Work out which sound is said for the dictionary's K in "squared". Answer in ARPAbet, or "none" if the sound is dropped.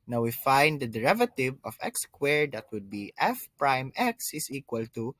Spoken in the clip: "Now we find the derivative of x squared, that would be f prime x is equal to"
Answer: K